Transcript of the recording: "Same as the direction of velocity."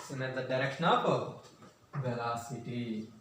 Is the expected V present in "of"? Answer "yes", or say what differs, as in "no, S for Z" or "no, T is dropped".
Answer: no, P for V